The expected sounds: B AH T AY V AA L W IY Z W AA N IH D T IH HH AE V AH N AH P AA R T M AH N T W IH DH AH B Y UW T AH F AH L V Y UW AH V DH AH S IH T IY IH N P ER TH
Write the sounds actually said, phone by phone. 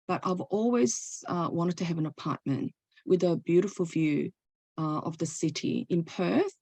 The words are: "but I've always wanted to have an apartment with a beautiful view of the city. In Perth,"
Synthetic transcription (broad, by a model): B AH T AY V AA L W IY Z W AA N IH D T IH V AH N AH P AA R T M AH N T W IH DH AH B Y UW T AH F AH L V Y UW AH V DH AH S IH T IY IH N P ER TH